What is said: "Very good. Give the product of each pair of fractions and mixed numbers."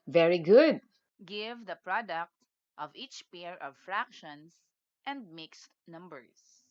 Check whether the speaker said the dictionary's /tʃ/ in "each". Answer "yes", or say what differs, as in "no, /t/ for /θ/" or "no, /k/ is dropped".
yes